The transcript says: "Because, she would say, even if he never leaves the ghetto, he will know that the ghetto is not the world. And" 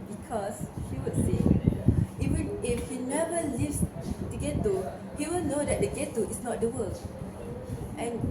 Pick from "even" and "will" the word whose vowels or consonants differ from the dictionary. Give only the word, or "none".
even